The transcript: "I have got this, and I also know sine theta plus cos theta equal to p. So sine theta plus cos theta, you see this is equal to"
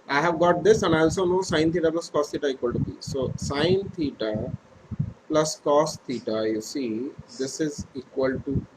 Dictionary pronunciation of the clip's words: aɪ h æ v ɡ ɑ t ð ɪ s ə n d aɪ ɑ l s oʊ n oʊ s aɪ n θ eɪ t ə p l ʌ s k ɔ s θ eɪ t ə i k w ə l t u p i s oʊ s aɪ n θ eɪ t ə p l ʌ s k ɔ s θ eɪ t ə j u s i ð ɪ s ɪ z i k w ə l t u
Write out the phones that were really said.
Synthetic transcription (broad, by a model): aɪ h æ v ɡ ɑ t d ɪ s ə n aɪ ɑ l s oʊ n oʊ s aɪ n t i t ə p l ʌ s k ɔ s t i t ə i k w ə l t u b i s oʊ s aɪ n t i t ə p l ʌ s k ɔ s t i t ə j u s i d ɪ s ɪ z i k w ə l t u